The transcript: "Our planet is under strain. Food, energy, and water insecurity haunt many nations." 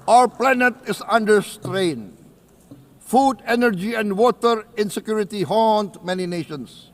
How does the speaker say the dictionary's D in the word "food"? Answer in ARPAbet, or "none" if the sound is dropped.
D